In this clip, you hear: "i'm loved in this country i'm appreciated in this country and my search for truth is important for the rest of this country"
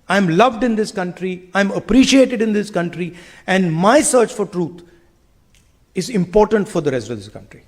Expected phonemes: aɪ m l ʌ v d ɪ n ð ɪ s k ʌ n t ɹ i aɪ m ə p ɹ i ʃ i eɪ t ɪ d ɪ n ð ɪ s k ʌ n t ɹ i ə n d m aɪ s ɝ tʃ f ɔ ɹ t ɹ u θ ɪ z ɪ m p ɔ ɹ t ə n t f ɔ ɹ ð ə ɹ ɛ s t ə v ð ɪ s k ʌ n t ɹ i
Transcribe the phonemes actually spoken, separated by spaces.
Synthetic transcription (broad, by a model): aɪ m l ʌ v d ɪ n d ɪ s k ʌ n t ɹ i aɪ m ə p ɹ i ʃ i eɪ t ɪ d ɪ n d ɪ s k ʌ n t ɹ i ə n d m aɪ s ɝ tʃ f ɔ ɹ t ɹ u t ɪ z ɪ m p ɔ ɹ t ə n t f ɔ ɹ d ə ɹ ɛ s t ə v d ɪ s k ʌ n t ɹ i